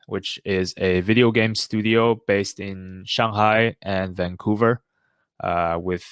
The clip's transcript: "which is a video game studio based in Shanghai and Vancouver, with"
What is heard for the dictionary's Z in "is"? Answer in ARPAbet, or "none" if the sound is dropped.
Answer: Z